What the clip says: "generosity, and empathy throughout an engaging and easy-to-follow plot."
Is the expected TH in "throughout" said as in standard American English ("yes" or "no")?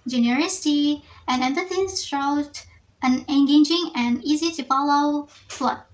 no